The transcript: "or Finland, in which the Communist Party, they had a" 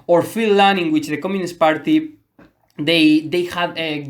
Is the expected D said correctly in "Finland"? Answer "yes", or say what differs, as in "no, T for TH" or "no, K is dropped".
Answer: no, D is dropped